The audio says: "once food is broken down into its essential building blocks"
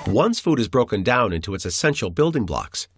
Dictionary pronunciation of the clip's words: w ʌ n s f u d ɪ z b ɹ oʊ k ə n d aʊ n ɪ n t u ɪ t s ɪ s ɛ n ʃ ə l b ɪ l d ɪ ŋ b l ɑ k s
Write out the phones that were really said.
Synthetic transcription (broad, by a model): w ʌ n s f u d ɪ z b ɹ oʊ k ə n d aʊ n ɪ n t u ɪ t s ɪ s ɛ n ʃ l b ɪ l d ɪ ŋ b l ɑ k s